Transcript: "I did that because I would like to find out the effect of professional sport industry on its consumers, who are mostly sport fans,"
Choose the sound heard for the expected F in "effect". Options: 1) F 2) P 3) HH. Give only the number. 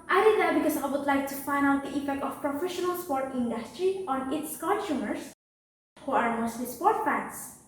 2